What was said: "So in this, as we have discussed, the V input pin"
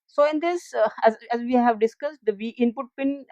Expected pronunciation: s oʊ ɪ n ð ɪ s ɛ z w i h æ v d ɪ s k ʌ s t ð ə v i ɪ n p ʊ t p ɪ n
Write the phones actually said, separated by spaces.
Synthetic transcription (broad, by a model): s oʊ ɪ n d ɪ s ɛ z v i h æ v d ɪ s k ʌ s t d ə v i ɪ n p ʊ t p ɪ n